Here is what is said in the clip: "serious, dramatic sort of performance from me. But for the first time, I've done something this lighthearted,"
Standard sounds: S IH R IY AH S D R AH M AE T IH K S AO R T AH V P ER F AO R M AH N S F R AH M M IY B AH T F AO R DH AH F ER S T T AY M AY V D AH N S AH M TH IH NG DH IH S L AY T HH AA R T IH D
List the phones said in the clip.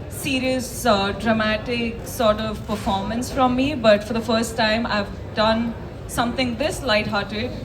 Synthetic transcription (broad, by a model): S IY R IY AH S D R AH M AE T IH K S AO R T AH V P ER F AO R M AH N S F R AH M M IY B AH T F AO R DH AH F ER S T T AY M AY V D AH N S AH M T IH NG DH IH S L AY T HH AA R T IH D